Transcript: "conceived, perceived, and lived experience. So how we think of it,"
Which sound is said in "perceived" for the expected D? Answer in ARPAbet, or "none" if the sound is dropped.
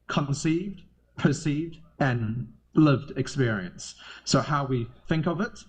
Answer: D